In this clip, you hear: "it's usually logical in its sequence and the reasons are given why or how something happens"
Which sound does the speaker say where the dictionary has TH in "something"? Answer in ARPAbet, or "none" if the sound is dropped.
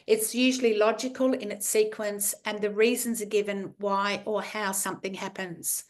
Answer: TH